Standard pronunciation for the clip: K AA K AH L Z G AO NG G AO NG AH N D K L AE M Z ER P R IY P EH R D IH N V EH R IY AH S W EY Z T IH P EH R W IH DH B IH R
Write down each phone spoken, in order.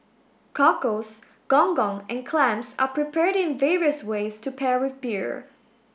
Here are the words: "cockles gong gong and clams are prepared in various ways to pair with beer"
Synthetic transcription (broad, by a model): K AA K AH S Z G AO NG G AO NG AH N K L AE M S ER P R IY P EH R D IH N V EH R IY AH S W EY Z T IH P EH R W IH DH B IH R